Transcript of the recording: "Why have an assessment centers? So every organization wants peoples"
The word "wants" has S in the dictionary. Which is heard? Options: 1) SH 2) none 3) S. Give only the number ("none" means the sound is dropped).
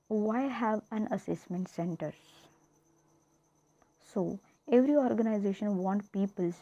2